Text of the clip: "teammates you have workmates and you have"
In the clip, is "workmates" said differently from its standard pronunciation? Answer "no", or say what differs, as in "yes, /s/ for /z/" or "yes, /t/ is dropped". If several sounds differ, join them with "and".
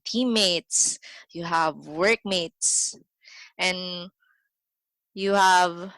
no